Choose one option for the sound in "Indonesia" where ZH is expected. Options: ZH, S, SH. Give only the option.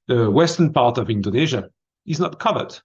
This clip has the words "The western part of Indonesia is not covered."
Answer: ZH